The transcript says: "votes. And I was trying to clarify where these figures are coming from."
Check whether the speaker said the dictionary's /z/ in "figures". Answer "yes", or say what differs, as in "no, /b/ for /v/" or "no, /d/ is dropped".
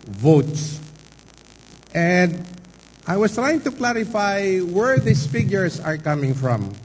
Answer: no, /s/ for /z/